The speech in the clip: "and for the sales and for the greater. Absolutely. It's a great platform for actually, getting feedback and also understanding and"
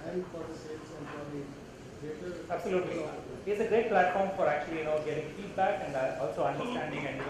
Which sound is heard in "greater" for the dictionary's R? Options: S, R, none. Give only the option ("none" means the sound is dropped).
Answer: none